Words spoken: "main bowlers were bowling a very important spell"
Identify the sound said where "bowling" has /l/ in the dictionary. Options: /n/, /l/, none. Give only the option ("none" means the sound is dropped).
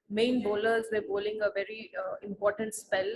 /l/